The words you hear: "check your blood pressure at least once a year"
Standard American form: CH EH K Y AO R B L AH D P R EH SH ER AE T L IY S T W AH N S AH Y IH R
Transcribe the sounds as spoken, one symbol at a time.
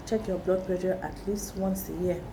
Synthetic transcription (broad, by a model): CH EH K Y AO B L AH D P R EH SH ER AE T L IY S T W AH N S AH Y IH